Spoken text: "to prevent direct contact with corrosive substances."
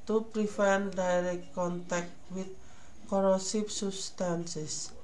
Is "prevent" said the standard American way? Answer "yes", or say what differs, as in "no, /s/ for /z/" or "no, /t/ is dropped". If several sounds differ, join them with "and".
no, /f/ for /v/